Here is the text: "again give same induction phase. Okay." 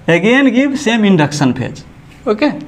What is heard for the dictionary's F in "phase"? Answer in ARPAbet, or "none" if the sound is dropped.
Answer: P